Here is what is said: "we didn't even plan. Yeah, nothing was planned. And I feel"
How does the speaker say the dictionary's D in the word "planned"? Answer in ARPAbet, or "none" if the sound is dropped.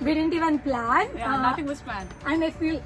none